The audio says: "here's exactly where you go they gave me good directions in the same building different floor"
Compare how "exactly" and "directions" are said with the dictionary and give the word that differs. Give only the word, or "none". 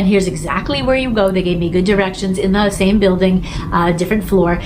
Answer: none